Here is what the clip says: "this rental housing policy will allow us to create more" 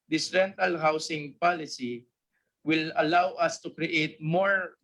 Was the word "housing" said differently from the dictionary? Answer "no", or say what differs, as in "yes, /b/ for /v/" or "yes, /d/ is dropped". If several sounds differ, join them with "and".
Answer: yes, /s/ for /z/